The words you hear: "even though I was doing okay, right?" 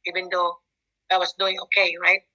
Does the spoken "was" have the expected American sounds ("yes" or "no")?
no